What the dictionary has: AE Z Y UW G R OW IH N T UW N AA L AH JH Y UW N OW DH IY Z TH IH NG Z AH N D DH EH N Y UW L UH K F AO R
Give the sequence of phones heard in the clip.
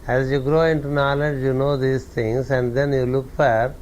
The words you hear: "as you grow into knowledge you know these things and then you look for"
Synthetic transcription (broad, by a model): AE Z Y UW G R OW IH N T UW N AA L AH JH Y UW N OW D IY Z T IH NG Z AH N D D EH N Y UW L UH K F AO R